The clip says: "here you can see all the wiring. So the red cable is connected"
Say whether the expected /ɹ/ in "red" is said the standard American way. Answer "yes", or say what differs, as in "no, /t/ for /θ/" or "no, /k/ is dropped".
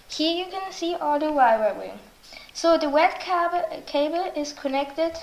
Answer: no, /w/ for /ɹ/